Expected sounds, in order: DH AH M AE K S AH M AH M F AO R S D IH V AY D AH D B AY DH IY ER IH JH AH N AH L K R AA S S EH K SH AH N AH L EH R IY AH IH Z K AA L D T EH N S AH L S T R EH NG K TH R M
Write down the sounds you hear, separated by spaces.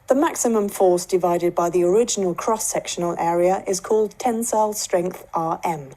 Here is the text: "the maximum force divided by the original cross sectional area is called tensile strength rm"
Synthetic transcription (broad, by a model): DH AH M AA K S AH M AH M F AO S D IH V AY D AH D B AY DH IY ER IH JH AH N AH L K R AA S S EH K SH AH N AH L EH R IY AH IH Z K AA L D T EH N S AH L S T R EH NG K TH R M